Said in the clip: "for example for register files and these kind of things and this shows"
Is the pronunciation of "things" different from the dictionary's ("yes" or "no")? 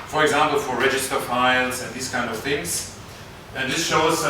no